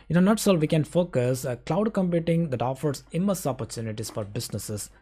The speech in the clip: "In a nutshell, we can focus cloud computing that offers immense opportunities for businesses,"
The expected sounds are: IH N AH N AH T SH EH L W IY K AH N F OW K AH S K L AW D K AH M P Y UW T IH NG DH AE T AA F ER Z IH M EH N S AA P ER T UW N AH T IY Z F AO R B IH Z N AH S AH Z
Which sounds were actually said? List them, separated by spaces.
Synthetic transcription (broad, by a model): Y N AH N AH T S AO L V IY K AH N F OW K AH S K L AW D K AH M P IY T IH NG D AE T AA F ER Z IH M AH S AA P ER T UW N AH T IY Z F AO R B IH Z N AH S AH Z